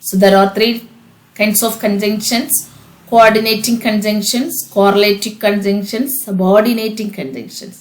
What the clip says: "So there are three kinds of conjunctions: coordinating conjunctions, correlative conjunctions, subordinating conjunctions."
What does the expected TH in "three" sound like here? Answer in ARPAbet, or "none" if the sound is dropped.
T